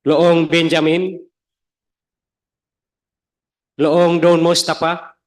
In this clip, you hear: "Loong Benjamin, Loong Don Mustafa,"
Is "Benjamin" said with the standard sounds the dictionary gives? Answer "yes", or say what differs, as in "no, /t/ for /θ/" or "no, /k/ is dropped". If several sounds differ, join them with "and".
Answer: yes